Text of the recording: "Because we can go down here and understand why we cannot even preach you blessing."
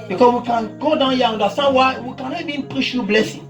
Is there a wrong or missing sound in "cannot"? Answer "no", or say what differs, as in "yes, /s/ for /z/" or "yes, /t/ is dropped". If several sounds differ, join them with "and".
yes, /t/ is dropped